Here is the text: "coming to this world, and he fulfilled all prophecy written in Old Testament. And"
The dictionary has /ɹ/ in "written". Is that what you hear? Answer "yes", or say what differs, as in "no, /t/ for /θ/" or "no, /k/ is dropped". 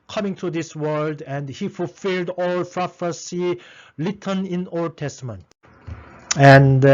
no, /l/ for /ɹ/